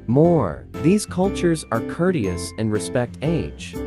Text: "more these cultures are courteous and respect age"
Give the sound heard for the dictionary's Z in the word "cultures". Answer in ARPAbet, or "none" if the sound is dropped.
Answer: Z